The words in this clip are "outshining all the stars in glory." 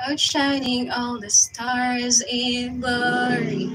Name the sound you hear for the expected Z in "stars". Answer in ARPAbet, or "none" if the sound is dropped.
Z